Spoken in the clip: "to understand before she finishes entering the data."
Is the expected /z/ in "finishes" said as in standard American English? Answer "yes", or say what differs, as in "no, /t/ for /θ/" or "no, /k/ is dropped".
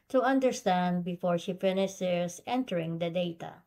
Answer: no, /s/ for /z/